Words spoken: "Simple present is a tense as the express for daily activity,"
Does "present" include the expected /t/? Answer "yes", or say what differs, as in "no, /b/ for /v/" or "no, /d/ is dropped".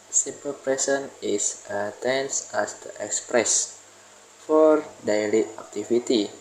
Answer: no, /t/ is dropped